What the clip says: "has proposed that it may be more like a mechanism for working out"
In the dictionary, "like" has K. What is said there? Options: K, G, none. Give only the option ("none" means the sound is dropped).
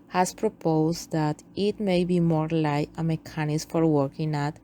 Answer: none